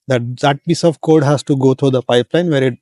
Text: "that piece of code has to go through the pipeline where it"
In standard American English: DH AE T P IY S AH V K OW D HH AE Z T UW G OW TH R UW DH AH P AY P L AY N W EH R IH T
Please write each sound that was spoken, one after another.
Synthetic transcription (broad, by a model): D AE T P IY S AH V K OW D HH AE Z T UW G OW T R UW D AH P AY P L AY N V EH R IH T